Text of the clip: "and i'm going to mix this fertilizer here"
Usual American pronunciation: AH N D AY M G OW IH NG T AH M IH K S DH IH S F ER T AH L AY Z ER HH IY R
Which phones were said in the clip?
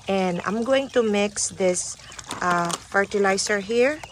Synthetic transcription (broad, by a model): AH N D AY M G OW IH NG T AH M IH K S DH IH S F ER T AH L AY S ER HH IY R